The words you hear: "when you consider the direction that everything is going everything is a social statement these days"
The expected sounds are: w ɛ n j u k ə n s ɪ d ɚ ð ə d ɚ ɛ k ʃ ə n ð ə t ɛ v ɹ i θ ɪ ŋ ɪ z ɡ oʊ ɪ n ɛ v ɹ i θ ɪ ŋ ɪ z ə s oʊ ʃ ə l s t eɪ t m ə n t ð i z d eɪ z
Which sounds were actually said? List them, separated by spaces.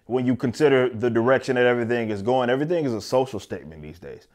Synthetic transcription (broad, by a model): w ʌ n j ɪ k ə n s ɪ d ɚ ð ə d ɚ ɛ k ʃ ə n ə t ɛ v ɹ i θ ɪ ŋ ɪ z ɡ oʊ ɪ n ɛ v ɹ i θ ɪ ŋ ɪ z ə s oʊ ʃ l s t eɪ t m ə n ð i z d eɪ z